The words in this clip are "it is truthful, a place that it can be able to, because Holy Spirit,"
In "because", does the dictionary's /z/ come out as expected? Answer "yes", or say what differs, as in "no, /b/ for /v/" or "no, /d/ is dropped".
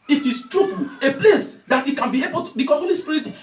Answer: no, /z/ is dropped